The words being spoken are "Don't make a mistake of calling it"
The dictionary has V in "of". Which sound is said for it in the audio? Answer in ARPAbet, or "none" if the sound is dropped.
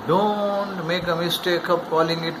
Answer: P